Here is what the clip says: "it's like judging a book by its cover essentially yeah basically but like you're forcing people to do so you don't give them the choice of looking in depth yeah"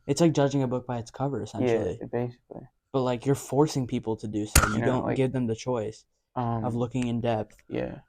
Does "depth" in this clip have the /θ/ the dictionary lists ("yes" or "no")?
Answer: yes